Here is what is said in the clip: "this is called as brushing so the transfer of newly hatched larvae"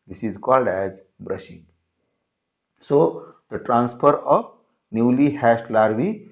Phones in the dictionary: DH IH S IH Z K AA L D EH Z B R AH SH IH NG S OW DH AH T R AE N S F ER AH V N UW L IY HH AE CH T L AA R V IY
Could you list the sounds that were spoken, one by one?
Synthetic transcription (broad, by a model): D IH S IH Z K AA L D EH Z B R AH SH IH NG S OW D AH T R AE N S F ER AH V N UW L IY HH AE S T L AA R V IY